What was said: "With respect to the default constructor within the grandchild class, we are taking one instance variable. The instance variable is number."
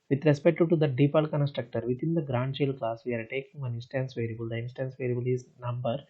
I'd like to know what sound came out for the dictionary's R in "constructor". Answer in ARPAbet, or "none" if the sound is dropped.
R